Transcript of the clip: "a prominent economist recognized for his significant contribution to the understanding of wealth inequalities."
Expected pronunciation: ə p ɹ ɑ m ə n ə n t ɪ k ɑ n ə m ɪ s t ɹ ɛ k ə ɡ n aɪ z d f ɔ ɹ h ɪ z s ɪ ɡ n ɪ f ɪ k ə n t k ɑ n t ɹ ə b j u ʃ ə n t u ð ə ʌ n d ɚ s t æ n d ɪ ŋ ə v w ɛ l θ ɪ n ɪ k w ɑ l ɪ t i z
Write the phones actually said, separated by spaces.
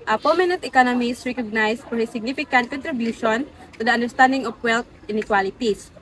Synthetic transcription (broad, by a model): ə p ɑ m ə n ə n t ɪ k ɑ n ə m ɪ s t ɹ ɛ k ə ɡ n aɪ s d f ɔ ɹ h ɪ s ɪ ɡ n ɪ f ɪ k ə n t k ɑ n t ɹ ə b j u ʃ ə n t u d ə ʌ n d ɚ s t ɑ n d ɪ ŋ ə f w ɛ l t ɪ n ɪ k w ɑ l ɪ t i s